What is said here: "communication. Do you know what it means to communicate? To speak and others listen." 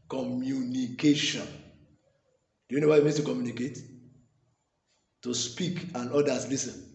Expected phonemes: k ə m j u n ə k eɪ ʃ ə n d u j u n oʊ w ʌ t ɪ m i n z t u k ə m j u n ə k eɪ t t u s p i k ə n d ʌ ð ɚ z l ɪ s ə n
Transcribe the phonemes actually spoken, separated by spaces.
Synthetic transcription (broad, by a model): k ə m j u n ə k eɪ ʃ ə n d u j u n oʊ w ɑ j ɪ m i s t u k ə m j u n ə k eɪ t t u s p i k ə n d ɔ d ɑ s l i s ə n